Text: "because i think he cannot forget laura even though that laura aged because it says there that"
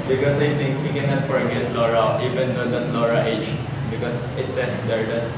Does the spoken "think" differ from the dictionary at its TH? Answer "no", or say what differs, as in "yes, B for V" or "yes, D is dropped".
yes, T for TH